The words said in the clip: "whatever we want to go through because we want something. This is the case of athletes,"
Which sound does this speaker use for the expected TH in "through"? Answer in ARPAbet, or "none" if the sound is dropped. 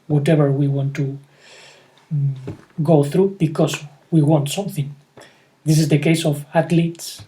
TH